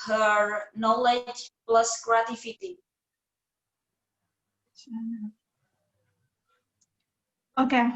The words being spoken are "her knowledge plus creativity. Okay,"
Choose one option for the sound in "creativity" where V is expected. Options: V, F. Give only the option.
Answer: F